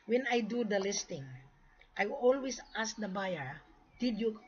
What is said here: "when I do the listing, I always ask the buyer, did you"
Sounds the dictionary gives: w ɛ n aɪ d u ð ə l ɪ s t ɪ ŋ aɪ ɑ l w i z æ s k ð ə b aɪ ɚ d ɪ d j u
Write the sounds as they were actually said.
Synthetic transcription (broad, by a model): w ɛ n aɪ d u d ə l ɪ s t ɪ ŋ aɪ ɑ l w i s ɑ s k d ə b aɪ ɚ d ɪ d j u